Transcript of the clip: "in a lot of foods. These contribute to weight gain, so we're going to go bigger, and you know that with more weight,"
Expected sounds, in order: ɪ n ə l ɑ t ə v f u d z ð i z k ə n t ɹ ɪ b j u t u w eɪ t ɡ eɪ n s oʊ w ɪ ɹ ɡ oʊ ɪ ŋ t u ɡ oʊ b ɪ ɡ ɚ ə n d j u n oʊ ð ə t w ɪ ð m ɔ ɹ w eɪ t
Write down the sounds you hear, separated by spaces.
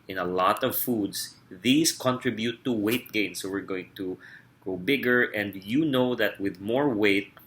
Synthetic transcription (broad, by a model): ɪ n ə l ɑ t ə v f u d s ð i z k ə n t ɹ ɪ b j u t u w eɪ t ɡ eɪ n s oʊ w ɪ ɹ ɡ oʊ ɪ ŋ t u ɡ oʊ b ɪ ɡ ɚ ə n d j u n oʊ ð ə t w ɪ ð m ɔ ɹ w eɪ t